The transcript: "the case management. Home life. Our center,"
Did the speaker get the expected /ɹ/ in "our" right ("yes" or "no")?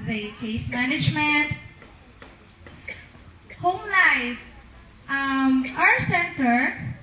no